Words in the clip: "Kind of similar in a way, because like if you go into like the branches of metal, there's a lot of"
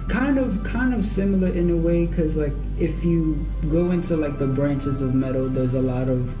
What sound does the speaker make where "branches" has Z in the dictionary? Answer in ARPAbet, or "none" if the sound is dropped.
Z